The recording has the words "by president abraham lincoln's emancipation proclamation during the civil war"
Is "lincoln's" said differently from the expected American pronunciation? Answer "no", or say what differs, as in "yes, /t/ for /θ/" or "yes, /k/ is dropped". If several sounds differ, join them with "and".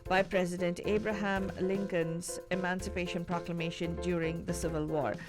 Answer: no